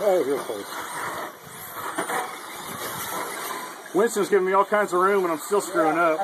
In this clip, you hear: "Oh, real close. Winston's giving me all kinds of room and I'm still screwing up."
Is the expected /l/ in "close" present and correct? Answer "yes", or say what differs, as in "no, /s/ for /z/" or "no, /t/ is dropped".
no, /l/ is dropped